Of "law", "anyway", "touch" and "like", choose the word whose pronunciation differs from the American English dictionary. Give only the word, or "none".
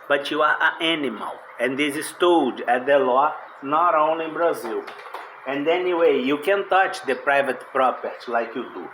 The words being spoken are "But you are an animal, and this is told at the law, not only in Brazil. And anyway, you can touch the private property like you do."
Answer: none